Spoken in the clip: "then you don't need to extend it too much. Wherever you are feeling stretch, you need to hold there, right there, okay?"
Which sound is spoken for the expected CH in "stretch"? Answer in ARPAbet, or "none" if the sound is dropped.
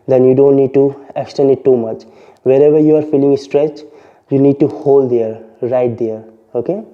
CH